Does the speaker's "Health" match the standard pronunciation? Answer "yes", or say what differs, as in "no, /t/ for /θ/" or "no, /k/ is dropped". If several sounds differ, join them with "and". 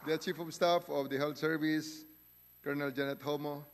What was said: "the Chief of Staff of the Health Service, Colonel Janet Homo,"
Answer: no, /t/ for /θ/